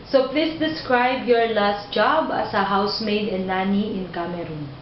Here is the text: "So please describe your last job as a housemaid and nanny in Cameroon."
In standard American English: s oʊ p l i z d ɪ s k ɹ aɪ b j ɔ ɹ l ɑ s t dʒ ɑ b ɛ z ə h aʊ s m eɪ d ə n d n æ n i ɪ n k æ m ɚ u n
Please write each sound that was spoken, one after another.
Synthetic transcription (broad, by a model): s oʊ p l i s d ɪ s k ɹ aɪ b j ɔ ɹ l ɑ s t dʒ ɑ b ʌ s ə h aʊ s m eɪ d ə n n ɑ n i ɪ n k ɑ m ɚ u n